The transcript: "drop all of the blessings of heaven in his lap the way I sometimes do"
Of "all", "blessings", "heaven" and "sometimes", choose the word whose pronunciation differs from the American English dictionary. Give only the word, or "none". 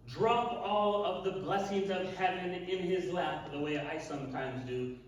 none